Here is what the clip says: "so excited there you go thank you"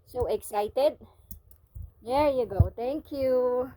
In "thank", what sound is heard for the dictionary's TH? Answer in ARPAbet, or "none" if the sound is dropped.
T